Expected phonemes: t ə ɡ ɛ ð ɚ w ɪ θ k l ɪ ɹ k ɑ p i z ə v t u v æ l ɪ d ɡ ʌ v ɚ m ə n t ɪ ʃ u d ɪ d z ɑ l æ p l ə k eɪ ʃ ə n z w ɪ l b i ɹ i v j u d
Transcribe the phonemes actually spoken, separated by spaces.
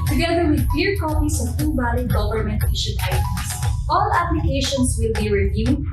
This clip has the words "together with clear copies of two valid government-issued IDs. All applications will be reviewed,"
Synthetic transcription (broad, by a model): t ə ɡ ɛ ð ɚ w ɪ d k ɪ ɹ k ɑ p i s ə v t u b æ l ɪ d ɡ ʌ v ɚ m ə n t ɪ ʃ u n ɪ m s ɑ l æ p l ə k eɪ ʃ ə n s w ɪ l b i ɹ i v j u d